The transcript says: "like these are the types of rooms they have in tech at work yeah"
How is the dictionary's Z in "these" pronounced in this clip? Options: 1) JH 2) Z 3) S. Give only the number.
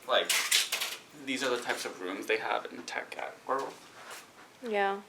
2